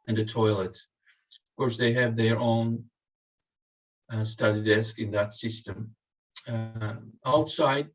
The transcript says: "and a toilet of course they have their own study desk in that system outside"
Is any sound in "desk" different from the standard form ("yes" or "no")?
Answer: no